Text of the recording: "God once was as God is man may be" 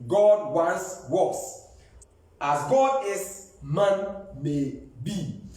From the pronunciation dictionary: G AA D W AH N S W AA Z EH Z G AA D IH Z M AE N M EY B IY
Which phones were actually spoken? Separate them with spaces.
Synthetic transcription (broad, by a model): G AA D W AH N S W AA S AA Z G AA D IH S M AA N M EY B IY